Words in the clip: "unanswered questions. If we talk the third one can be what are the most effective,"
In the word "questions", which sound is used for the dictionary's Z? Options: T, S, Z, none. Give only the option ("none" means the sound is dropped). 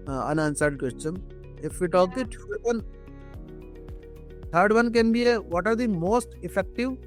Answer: none